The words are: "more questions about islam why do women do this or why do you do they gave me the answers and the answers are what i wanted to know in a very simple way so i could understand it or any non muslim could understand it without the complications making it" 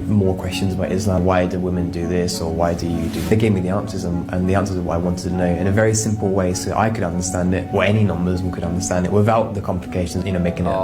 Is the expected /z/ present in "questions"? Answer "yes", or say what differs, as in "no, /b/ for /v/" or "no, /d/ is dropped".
yes